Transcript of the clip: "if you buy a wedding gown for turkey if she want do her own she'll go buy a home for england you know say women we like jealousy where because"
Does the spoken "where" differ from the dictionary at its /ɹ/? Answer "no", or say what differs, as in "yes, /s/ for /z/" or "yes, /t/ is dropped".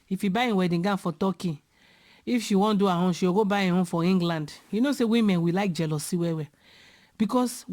yes, /w/ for /ɹ/